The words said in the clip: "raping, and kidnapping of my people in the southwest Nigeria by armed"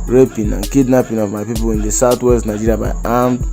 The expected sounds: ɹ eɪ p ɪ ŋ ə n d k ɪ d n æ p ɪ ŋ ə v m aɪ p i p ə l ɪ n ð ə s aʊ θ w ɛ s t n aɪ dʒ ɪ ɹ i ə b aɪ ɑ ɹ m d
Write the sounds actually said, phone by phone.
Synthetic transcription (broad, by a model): ɹ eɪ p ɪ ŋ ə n k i d n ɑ p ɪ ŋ ə v m aɪ p i p ə l ɪ n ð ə s aʊ t w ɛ s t n aɪ dʒ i ɹ i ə b aɪ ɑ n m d